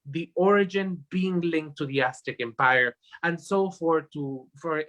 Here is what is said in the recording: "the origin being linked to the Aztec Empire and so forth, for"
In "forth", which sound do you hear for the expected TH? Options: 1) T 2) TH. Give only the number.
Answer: 1